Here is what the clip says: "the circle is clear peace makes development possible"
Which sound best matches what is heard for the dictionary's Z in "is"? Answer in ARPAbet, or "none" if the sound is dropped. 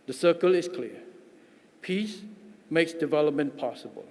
S